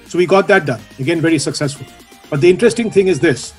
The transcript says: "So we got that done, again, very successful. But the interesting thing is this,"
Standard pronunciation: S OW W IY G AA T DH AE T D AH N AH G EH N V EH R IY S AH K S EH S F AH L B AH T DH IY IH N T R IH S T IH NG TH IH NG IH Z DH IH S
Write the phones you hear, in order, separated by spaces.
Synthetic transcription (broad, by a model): S OW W IY G AA T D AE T D AH N AH G EH N V EH R IY S AH K S EH S F AH L B AH T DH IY IH N T R IH S T IH NG T IH NG IH Z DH IH S